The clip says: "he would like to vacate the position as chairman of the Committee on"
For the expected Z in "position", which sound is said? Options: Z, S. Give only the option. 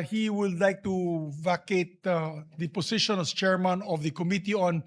S